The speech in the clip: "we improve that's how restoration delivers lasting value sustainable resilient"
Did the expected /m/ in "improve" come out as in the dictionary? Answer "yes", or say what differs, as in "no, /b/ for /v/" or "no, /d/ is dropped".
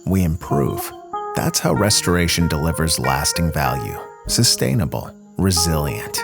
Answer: yes